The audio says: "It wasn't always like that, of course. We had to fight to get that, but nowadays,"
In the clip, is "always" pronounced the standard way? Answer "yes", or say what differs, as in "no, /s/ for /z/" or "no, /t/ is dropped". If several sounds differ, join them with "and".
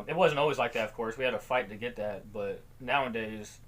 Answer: yes